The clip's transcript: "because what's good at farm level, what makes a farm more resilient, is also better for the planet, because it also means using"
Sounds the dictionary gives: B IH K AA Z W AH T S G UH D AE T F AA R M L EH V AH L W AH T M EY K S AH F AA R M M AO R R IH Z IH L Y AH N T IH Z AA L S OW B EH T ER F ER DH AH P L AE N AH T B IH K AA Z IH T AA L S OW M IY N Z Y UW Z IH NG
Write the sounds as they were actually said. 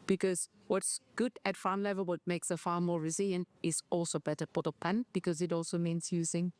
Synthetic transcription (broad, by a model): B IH K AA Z W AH T S G UH D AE T F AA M L EH V AH L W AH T M EY K S AH F AA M M AO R R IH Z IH L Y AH N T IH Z AA L S OW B EH T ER P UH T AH P AE N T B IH K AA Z IH T AA L S OW M IY N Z Y UW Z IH NG